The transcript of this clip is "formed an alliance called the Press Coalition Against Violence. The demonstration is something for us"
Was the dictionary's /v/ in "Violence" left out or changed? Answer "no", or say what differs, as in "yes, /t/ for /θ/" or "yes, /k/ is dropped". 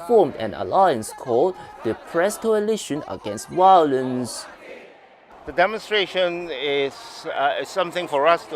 yes, /w/ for /v/